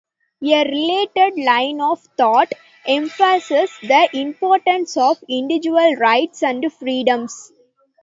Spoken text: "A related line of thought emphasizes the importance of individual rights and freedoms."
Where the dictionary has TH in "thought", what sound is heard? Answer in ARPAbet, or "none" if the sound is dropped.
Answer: T